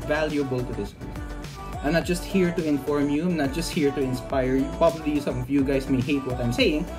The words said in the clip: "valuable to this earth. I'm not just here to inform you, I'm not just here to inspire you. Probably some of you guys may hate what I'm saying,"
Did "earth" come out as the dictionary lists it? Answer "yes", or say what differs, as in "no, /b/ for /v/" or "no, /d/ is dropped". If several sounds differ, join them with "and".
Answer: no, /t/ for /θ/